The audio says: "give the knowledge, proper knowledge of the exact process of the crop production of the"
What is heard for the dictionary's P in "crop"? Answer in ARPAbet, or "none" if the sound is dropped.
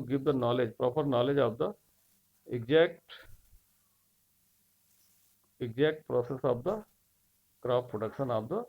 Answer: F